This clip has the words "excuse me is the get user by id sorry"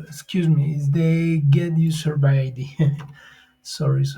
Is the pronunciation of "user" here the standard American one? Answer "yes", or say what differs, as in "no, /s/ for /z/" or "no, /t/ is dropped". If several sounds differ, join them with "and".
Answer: no, /s/ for /z/